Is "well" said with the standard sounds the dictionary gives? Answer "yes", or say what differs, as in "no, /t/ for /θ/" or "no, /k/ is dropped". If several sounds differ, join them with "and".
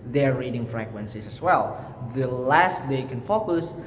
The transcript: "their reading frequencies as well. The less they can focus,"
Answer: yes